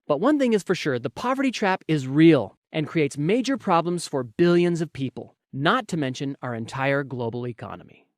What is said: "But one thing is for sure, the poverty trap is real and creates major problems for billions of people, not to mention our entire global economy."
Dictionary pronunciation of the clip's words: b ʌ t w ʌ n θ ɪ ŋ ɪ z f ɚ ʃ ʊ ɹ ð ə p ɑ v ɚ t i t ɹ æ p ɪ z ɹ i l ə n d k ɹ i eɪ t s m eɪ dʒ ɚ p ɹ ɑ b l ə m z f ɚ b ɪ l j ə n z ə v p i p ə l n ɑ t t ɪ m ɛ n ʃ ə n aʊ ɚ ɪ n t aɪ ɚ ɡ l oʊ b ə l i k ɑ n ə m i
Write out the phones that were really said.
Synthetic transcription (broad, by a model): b ʌ t w ʌ n θ ɪ ŋ ɪ z f ɚ ʃ ʊ ɹ ð ə p ɑ v ɚ t i t ɹ æ p ɪ z ɹ i l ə n k ɹ i eɪ t s m eɪ dʒ ɚ p ɹ ɑ b l ə m z f ɚ b ɪ l j ə n z ə v p i p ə l n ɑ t t ɪ m ɛ n ʃ ə n aʊ ɚ ɪ n t aɪ ɚ ɡ l oʊ b l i k ɑ n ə m i